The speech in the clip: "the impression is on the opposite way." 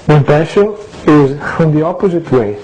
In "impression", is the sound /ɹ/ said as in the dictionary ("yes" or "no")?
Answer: no